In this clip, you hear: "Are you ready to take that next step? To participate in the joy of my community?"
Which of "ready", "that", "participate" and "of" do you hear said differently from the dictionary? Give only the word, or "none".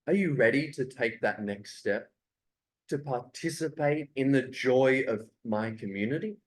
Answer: none